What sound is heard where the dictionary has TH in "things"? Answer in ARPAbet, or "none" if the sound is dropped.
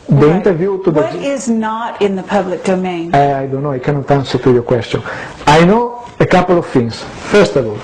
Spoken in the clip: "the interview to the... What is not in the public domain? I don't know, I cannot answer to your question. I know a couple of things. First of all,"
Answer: F